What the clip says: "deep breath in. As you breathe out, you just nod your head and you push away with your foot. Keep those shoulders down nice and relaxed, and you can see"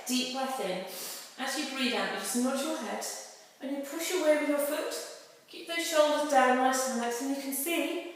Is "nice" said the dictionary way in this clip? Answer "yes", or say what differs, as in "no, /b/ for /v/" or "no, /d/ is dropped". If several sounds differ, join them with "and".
no, /l/ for /n/